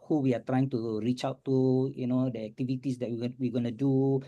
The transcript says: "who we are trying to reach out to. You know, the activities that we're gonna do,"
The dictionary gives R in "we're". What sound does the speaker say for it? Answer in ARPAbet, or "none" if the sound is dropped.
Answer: W